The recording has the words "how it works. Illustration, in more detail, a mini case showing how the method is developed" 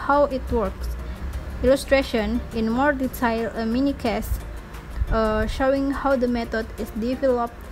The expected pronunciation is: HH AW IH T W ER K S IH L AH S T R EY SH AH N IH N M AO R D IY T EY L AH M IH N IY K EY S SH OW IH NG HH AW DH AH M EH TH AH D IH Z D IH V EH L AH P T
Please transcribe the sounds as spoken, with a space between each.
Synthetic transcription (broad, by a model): HH AW IH T W ER K S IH L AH S T R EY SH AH N IH N M AO R D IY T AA L AH M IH N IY K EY S SH OW IH NG HH AW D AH M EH T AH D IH S D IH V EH L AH P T